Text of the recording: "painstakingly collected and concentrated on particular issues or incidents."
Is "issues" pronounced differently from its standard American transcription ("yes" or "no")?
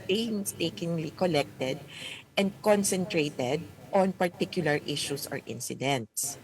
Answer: yes